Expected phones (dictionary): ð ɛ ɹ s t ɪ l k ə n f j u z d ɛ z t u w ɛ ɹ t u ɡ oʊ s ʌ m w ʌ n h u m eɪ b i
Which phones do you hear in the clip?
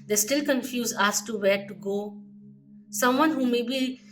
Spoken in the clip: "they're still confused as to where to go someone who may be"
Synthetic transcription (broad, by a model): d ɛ s t ɪ l k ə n f j u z ɑ s t u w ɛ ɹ t u ɡ oʊ s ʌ m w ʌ n h u m eɪ b i